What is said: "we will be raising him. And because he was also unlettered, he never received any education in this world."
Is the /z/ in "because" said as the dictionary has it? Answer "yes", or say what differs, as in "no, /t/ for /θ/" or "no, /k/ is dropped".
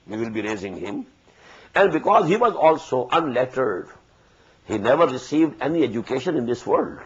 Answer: yes